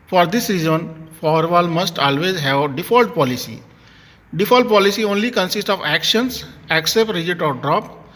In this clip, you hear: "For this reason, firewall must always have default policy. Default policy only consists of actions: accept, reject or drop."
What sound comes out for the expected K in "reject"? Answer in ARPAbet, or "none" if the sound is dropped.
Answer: none